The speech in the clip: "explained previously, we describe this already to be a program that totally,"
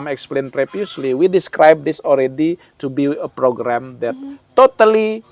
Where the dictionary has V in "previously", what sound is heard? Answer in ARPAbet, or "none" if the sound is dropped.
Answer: P